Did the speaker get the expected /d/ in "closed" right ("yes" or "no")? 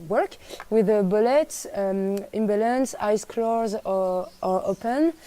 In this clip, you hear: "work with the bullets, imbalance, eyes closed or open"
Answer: no